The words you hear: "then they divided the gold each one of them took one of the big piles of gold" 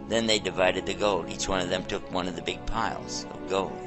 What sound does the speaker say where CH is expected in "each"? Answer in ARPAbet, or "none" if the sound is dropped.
CH